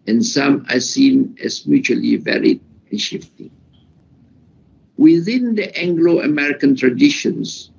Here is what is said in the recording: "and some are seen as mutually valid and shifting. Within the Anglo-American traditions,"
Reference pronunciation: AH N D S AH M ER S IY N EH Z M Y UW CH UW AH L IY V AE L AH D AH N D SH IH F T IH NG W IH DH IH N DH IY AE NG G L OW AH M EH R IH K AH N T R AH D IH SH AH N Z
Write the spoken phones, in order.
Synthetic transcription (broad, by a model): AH N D S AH M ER S IY N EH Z M Y UW CH UW AH L IY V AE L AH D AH N SH IH F T IH NG W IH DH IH N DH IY AE NG G L OW AH M EH R IH K AH N T R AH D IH SH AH N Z